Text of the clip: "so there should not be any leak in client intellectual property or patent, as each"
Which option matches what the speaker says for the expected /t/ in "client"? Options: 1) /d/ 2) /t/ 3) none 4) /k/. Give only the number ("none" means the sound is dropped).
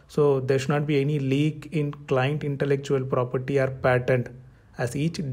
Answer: 2